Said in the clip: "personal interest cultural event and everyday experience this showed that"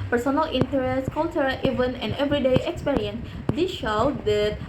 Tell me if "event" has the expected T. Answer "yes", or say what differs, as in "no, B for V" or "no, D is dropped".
no, T is dropped